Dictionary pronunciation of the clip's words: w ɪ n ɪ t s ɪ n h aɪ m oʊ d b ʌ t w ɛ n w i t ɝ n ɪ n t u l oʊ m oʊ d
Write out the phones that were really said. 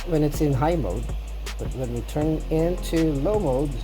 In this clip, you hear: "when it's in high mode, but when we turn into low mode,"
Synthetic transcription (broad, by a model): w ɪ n ɪ t s ɪ n h aɪ m oʊ d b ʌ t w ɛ n w i t ɝ n ɪ n t u l oʊ m oʊ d